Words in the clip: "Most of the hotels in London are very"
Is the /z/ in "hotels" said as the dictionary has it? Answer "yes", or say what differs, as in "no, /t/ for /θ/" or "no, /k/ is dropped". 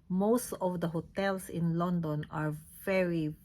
no, /s/ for /z/